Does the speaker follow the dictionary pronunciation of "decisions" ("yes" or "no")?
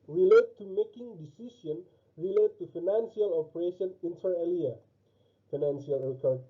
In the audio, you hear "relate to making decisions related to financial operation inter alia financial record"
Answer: no